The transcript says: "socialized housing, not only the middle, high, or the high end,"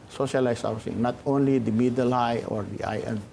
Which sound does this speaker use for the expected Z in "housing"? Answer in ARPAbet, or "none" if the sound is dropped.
S